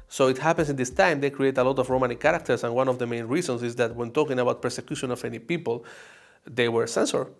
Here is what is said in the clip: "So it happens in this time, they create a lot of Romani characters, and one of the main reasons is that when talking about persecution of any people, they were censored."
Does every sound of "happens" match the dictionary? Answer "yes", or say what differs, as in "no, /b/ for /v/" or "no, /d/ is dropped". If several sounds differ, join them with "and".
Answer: no, /s/ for /z/